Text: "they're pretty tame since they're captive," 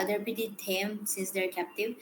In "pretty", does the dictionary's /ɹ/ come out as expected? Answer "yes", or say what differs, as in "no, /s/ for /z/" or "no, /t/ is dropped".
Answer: no, /ɹ/ is dropped